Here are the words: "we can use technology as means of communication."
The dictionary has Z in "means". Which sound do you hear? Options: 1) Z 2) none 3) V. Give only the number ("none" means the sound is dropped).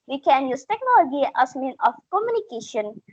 2